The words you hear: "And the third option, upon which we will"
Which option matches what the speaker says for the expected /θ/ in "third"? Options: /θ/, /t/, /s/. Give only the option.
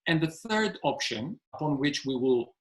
/θ/